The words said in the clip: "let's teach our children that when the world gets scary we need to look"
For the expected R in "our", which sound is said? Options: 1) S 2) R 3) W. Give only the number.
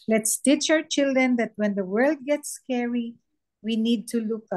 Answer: 3